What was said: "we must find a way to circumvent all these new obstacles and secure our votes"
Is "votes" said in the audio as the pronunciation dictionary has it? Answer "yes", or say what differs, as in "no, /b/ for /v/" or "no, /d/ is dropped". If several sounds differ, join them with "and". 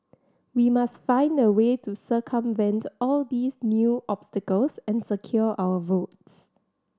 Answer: yes